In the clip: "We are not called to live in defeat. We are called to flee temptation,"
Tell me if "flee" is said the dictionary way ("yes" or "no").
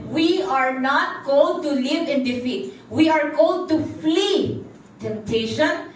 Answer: yes